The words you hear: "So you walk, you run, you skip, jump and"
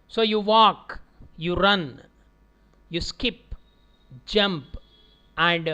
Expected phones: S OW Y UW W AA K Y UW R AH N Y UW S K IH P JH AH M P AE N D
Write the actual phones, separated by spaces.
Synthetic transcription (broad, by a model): S OW Y UW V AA K Y UW R AH N Y UW S K IH P JH AH M P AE N D